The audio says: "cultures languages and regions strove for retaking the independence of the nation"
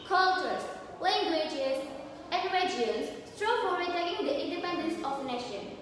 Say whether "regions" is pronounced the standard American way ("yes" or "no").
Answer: no